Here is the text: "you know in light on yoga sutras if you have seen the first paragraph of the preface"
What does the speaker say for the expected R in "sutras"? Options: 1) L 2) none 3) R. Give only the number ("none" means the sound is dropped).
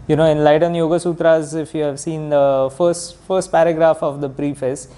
3